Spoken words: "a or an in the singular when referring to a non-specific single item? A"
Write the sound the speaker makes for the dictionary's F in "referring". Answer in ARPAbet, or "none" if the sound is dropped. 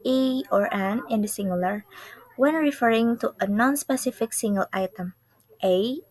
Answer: F